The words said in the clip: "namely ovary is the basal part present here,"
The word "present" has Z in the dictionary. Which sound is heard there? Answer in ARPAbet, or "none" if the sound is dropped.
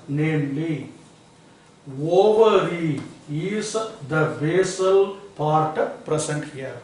S